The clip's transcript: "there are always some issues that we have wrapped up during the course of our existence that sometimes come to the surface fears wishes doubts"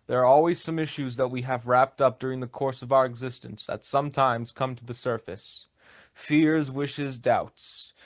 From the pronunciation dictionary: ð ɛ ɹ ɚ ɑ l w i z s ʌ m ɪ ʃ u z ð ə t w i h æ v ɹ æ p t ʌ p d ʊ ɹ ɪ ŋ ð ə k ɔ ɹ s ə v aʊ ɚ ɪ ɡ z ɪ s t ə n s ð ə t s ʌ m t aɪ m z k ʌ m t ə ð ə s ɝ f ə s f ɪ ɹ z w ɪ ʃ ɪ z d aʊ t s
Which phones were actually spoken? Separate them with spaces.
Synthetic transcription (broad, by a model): ð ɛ ɹ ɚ ɑ l w i z s ʌ m ɪ ʃ u z ð ə t w i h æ v ɹ æ p t ʌ p d ʊ ɹ ɪ ŋ ð ə k ɔ ɹ s ə v aʊ ɚ ɪ ɡ z ɪ s t ə n s ð ə t s ʌ m t aɪ m z k ʌ m t ə ð ə s ɝ f ə s f ɪ ɹ z w ɪ ʃ ɪ z d aʊ t s